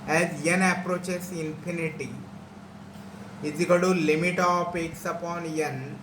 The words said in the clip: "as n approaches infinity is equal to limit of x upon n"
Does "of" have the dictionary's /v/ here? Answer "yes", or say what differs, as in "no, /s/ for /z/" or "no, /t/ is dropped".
no, /p/ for /v/